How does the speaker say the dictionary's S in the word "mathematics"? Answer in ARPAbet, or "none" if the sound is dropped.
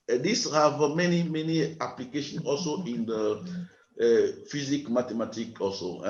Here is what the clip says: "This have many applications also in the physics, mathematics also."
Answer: none